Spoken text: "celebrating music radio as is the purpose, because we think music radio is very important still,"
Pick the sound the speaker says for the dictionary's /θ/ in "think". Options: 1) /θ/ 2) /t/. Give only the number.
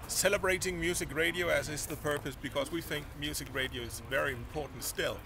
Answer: 1